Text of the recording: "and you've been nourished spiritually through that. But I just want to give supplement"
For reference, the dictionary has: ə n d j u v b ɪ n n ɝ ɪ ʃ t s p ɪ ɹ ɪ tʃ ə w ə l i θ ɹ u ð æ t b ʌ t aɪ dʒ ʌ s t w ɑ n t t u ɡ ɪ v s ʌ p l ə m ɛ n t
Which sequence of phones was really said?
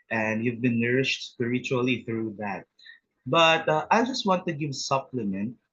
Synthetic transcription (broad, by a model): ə n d j u v b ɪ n n ɝ ɪ ʃ t s p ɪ ɹ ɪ tʃ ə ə l i θ ɹ u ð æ t b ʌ t aɪ dʒ ʌ s t w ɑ n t t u ɡ ɪ v s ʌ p l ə m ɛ n t